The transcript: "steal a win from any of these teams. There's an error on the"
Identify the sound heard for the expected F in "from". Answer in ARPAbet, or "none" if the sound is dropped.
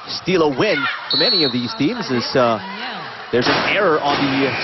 F